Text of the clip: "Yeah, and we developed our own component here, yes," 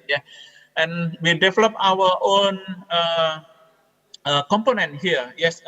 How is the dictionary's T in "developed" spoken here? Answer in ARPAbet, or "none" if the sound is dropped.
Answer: none